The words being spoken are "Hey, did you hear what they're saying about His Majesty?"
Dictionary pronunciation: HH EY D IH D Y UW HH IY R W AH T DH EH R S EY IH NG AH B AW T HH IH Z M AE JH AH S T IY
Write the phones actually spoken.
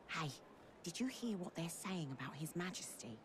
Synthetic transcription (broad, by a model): HH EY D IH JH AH HH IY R W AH T DH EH R S EY IH NG AH B AW T HH IH Z M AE JH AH S T IY